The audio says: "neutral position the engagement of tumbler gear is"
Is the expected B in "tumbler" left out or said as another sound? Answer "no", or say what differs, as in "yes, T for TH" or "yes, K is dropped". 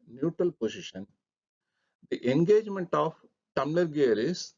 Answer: yes, B is dropped